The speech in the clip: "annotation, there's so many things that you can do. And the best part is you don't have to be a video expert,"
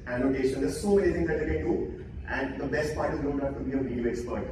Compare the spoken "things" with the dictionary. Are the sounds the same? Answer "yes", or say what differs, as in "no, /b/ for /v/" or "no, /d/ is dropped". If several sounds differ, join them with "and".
no, /t/ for /θ/